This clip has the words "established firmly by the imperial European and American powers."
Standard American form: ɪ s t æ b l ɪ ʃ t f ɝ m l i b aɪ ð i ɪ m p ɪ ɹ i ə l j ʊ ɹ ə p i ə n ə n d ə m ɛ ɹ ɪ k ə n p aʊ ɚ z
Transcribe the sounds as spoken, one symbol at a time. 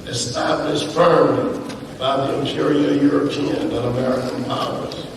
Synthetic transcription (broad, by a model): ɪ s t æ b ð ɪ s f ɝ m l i b aɪ ð i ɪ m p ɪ ɹ i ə j ʊ ɹ ə p i ə n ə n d ə m ɛ ɹ ɪ k ə n p aʊ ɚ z